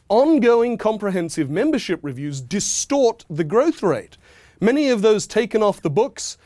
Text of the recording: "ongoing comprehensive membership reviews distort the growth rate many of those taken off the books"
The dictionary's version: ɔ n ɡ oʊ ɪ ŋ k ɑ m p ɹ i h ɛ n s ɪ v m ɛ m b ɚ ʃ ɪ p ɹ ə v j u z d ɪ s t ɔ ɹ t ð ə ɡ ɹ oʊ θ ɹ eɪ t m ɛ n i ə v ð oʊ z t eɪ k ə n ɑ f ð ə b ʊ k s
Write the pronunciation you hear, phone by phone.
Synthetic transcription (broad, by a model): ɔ n ɡ oʊ ɪ ŋ k ɑ m p ɹ i h ɛ n s ɪ v m ɛ m b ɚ ʃ ɪ p ɹ ə v j u z d ɪ s t ɔ ɹ t ð ə ɡ ɹ oʊ θ ɹ eɪ t m ɛ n i ə v ð oʊ z t eɪ k ə n ɑ f ð ə b ʊ k s